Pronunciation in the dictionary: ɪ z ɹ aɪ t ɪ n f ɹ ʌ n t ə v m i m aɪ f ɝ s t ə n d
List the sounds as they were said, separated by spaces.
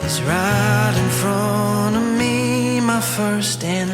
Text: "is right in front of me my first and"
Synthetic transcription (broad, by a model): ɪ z ɹ aɪ t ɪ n f ɹ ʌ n ə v m i m aɪ f ɝ s t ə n